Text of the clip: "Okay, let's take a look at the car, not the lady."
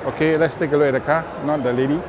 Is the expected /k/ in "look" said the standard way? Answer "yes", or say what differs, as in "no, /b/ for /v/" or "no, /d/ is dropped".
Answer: no, /k/ is dropped